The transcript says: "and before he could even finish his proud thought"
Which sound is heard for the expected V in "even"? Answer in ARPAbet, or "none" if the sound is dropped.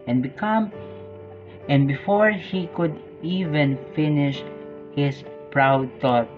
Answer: V